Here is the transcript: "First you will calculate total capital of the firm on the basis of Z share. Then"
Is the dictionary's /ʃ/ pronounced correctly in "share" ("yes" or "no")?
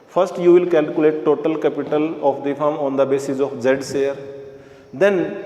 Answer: no